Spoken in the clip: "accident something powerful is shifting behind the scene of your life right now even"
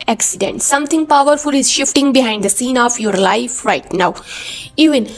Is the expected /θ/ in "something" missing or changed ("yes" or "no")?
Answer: yes